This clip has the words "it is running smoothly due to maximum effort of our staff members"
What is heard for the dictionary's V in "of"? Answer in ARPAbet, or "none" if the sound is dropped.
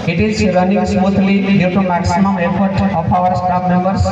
P